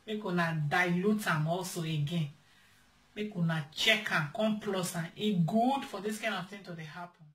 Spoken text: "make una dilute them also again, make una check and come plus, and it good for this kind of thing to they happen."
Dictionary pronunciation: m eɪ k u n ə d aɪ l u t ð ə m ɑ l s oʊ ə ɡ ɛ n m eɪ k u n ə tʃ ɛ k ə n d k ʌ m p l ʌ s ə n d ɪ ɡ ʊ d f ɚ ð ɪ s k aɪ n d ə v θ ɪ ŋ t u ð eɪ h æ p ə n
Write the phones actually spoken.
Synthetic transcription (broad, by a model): m eɪ k u n ə d aɪ l u t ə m ɑ l s oʊ ə ɡ ɛ n m eɪ k u n ə tʃ ɛ k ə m k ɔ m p l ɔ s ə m ɪ ɡ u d f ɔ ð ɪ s k aɪ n ə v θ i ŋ t u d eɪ h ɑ p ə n